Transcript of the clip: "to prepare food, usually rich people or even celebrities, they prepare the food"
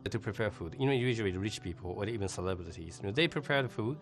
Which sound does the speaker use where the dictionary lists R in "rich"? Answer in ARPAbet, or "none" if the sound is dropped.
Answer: R